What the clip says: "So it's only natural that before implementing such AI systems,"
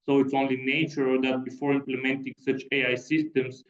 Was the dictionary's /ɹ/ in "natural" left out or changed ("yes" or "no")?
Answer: yes